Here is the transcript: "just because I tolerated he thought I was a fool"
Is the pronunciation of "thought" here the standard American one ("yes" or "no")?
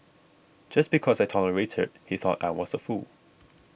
yes